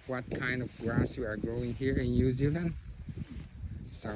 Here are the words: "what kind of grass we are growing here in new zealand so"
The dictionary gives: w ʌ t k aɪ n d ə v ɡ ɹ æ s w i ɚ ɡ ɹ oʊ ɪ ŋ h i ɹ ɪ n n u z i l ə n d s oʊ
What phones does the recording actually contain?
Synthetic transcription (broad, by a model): w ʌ t k aɪ n d ə v ɡ ɹ æ s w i ɚ ɡ ɹ oʊ ɪ ŋ h i ɹ ɪ n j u z i l ə n d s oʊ